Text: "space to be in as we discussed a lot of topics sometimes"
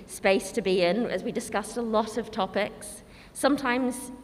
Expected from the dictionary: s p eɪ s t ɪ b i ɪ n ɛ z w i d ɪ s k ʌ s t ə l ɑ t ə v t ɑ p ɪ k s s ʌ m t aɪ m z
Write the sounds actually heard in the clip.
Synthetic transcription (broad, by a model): s p eɪ s t ɪ b i ɪ n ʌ z w i d ɪ s k ʌ s t ə l ɑ t ə v t ɑ p ɪ k s s ʌ m t aɪ m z